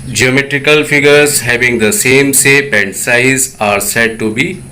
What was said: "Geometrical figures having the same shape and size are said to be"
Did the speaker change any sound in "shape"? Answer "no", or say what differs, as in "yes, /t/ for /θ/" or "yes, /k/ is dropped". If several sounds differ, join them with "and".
yes, /s/ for /ʃ/